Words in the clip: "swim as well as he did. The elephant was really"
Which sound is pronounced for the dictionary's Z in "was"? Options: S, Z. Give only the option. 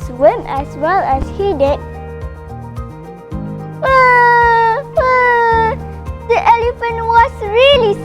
S